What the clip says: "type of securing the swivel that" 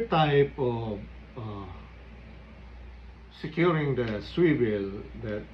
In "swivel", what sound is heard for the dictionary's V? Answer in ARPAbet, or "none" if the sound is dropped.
W